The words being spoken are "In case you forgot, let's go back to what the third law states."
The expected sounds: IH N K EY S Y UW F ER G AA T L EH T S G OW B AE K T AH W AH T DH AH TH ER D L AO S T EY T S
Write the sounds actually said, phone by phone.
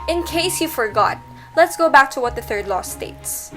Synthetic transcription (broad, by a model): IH N K EY S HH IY F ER G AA T L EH T S G OW B AE K T AH W AH T DH AH TH ER D L AO S T EY T S